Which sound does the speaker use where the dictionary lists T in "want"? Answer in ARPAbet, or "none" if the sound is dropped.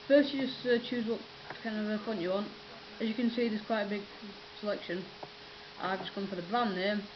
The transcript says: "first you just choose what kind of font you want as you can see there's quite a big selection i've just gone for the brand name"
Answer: T